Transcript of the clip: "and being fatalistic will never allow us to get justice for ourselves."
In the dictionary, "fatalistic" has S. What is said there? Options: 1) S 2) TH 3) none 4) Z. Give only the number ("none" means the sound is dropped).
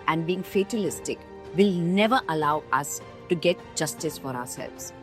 1